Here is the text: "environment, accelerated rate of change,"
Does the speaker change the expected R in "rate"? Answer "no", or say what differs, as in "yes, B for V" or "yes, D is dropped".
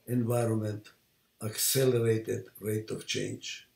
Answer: no